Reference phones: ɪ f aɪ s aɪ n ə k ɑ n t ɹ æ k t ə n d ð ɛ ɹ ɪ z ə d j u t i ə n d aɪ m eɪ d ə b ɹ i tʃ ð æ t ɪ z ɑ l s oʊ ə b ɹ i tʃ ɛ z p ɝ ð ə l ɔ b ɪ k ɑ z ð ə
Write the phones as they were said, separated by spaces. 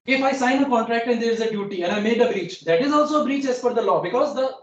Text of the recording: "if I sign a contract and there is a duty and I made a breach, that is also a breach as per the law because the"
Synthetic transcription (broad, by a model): ɪ f aɪ s aɪ n ə k ɑ n t ɹ æ k t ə n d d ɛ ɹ ɪ z ə d j u t i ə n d aɪ m eɪ d ə b ɹ i tʃ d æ t ɪ z ɑ l s oʊ ə b ɹ i tʃ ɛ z f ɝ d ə l ɔ b ɪ k ɑ z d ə